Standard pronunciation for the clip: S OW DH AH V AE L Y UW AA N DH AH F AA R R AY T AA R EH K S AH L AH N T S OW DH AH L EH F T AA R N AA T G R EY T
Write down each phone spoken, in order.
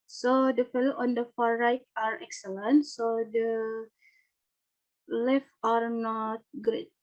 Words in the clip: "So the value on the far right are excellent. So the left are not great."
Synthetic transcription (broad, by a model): S OW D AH F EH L AA N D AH F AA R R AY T AA R EH K S AH L AH N T S OW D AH L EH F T AA R N AA T G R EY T